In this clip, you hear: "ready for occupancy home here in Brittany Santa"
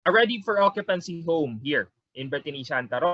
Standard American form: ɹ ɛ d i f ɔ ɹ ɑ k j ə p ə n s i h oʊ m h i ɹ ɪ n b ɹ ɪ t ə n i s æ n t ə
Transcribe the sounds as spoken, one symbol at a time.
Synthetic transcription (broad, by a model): ɹ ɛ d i f ɔ ɹ ɑ k j ə p ə n s i h oʊ m h i ɹ ɪ n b ɪ t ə n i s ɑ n t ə